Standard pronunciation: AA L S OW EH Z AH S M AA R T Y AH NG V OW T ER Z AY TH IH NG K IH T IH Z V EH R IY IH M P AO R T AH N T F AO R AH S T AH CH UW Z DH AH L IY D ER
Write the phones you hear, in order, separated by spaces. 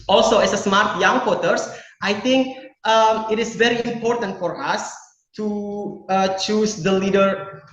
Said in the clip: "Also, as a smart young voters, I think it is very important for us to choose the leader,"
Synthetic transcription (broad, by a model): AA L S OW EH S AH S M AA R T Y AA NG W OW T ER S AY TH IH NG K IH T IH S V EH R IY IH M P AO R T AH N T F AO R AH S T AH CH UW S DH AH L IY D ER